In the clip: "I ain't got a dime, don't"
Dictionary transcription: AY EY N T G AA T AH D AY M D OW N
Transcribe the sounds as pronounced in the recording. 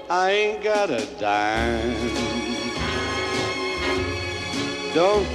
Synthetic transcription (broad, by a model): AY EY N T G AA T AH D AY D OW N